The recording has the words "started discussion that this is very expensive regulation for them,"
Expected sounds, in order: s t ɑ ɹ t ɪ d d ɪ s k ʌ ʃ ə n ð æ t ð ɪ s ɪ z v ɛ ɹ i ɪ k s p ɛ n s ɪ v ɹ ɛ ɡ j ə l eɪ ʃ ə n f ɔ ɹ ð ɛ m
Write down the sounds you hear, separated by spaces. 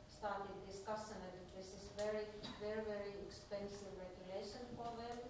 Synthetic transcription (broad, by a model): s t ɑ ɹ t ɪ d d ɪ s k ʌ s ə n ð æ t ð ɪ s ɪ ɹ v ɛ ɹ i ɪ k s p ɛ n s ɪ v ɹ ɛ ɡ j ə l eɪ ʃ ə n f ɔ ɹ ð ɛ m